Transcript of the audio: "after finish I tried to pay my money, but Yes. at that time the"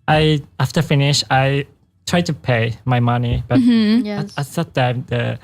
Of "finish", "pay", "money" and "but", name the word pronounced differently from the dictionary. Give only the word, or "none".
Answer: none